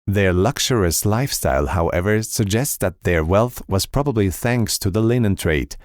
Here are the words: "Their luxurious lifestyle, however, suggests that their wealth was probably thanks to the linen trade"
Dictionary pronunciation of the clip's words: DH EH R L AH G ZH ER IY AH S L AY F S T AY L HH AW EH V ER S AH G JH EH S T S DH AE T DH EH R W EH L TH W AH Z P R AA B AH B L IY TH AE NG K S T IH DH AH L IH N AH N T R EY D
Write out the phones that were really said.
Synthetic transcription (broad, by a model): DH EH R L AH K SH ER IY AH S L AY F S T AY L HH AW EH V ER S AH G JH EH S T S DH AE T DH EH R W EH L TH W AH Z P R AA B AH B L IY TH AE NG K S T IH DH AH L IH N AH N T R EY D